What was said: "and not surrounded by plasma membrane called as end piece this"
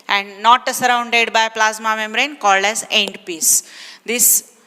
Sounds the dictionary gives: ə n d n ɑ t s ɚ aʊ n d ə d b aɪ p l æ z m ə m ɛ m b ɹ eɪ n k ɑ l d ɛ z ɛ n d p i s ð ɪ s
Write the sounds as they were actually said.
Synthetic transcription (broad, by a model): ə n d n ɑ t s ɚ aʊ n d ə d b aɪ p l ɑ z m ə m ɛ m ɹ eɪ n k ɑ l d ɛ z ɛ n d p i s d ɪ s